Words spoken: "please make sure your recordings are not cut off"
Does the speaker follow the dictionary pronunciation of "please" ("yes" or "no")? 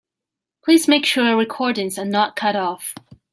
yes